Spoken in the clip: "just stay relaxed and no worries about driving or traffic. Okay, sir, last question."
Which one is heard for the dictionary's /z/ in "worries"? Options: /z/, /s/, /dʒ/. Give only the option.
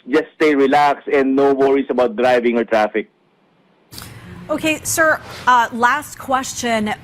/s/